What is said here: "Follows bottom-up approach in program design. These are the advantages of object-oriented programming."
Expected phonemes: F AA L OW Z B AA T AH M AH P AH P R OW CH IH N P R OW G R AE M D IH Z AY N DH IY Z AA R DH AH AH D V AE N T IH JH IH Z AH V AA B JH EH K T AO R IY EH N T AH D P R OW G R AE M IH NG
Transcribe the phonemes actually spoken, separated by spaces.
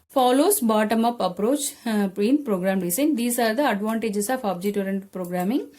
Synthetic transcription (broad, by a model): F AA L OW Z B AA T AH M AH P AH P R OW CH IH N P R OW G R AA M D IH S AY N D IY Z AA R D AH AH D V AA N T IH JH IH S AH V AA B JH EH T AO R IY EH N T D P R OW G R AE M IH NG